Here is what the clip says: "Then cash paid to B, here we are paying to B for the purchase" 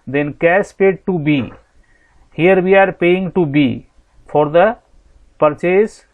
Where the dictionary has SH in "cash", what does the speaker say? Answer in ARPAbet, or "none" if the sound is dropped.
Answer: S